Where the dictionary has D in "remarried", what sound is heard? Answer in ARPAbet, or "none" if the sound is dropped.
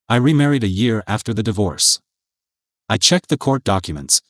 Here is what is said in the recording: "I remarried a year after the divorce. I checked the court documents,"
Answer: D